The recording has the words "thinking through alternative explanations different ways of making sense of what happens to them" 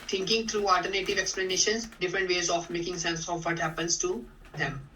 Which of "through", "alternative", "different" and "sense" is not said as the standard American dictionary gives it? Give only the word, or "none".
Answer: through